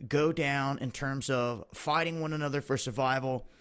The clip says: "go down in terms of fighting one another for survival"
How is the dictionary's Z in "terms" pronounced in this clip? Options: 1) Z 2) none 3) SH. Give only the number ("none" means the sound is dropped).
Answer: 1